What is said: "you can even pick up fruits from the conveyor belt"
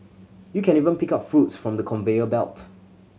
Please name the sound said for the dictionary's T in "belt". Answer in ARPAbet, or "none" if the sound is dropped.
T